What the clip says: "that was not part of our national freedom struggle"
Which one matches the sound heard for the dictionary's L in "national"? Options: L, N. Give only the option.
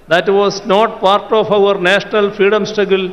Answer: L